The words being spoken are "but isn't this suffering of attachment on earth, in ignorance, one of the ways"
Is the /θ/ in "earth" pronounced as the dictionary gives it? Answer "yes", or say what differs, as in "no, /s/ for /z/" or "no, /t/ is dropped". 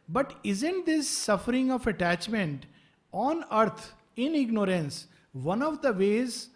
no, /t/ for /θ/